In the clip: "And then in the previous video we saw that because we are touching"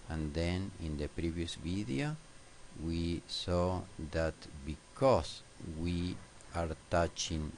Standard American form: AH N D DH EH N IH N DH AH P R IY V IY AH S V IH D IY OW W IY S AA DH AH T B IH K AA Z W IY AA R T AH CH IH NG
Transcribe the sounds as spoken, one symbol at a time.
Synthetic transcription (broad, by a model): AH N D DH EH N IH N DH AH P R IY V IY AH S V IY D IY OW W IY S AA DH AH T B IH K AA S W IY AA R T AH CH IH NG